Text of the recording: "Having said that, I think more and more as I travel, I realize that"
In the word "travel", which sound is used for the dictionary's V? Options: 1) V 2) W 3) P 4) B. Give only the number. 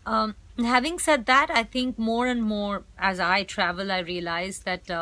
1